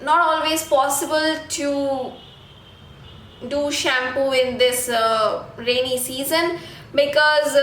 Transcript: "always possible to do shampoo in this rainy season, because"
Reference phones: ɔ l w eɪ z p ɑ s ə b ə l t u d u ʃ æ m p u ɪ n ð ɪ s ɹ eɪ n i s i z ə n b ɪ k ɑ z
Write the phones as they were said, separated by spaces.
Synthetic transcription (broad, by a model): ɔ l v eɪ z p ɑ s ə b ə l t u d u ʃ æ m p u ɪ n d ɪ s ɹ eɪ n i s i z ə n b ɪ k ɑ z